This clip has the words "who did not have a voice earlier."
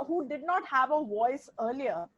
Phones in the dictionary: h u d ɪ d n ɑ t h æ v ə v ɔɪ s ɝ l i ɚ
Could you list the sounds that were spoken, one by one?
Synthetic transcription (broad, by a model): h u d ɪ d n ɑ t h æ v ə v ɔɪ s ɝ l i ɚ